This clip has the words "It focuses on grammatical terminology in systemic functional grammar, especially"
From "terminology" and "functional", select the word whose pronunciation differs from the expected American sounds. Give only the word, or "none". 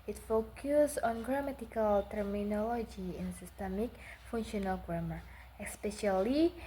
functional